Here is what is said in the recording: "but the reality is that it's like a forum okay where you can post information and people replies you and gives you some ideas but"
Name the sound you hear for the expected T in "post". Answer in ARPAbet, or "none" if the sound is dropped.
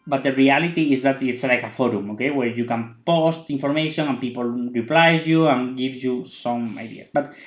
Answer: T